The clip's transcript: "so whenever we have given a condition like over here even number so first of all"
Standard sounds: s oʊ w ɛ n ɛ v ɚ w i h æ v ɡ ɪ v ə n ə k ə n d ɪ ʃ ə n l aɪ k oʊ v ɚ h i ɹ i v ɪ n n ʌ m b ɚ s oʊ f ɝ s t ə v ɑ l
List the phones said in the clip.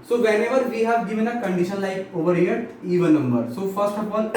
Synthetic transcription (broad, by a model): s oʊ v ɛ n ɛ v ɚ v i h æ v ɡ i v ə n ə k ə n d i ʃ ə n l aɪ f oʊ v ɚ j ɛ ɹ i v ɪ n n ʌ m b ɚ s oʊ f ɝ s t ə p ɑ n